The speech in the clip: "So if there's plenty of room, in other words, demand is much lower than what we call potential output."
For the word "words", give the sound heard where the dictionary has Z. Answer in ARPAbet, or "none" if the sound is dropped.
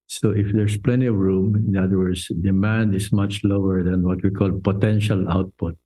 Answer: S